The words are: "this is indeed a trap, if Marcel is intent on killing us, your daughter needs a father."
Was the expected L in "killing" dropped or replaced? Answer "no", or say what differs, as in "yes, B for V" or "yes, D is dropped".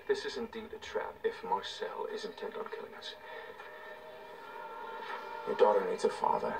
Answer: no